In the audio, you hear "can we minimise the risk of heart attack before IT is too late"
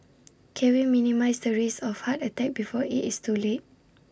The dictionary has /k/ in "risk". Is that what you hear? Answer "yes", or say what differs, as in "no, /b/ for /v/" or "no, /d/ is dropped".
no, /k/ is dropped